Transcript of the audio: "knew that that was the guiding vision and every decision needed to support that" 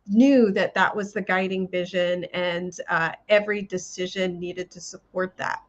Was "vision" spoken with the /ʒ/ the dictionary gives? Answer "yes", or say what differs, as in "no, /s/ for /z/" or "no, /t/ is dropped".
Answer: yes